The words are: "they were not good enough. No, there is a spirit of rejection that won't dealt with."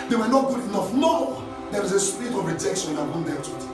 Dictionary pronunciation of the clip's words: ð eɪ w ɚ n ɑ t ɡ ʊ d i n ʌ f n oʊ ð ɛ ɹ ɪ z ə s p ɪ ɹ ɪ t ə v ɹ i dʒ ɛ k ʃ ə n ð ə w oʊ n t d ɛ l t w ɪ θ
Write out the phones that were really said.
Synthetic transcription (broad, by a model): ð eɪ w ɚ n ɑ t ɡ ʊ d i n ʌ f n oʊ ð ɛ w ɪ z ə s p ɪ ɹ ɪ t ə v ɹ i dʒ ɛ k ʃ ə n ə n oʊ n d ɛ t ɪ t